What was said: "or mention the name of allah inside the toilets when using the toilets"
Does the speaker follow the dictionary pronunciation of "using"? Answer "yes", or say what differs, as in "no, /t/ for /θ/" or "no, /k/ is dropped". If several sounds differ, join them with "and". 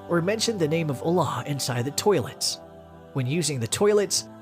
yes